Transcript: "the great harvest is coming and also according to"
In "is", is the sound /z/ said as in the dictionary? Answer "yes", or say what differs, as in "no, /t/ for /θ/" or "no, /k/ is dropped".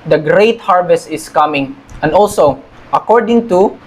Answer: no, /s/ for /z/